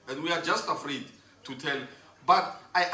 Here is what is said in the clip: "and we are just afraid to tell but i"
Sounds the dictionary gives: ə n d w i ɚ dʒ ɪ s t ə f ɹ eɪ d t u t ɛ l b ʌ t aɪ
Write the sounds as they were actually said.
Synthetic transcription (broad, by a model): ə n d w i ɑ dʒ ɪ s t ə f ɹ eɪ d t u t ɛ l b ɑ t aɪ